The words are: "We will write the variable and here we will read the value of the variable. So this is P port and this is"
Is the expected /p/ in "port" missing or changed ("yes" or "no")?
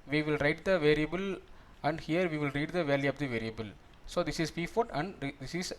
yes